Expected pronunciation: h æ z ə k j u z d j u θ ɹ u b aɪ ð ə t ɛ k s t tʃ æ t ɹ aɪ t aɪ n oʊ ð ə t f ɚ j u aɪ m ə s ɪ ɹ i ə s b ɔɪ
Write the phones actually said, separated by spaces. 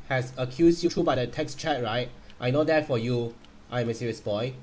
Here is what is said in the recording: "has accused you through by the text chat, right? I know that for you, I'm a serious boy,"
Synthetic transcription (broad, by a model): h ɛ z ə k j u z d j u t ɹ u b aɪ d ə t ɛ k s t tʃ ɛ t ɹ aɪ t aɪ n oʊ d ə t f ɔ j u aɪ m ə s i ɹ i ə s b ɔɪ